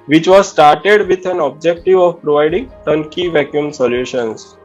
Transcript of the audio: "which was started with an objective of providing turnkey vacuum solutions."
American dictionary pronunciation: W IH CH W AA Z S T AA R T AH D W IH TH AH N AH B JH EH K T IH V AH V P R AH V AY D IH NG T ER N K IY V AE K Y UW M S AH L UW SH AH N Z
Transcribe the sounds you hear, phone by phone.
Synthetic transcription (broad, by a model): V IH CH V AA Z S T AA R T AH D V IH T AH N AH B JH EH K T IH V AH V P R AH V AY D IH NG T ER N K IY V AE K Y UW M S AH L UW SH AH N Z